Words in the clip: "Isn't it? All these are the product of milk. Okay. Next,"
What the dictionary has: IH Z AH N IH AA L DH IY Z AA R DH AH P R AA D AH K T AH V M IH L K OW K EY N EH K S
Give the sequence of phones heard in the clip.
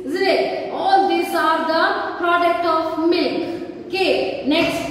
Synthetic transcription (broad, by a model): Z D IH AA L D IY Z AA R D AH P R AA D AH K T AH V M IH L K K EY N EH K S